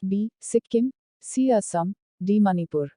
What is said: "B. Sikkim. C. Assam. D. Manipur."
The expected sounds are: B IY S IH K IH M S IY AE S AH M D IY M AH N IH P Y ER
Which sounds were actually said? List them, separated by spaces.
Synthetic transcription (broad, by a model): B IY S IH K IH M S IY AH S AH M D IY M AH N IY P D